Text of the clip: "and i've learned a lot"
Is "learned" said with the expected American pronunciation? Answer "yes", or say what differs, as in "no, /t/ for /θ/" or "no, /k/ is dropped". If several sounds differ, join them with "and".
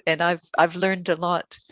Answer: yes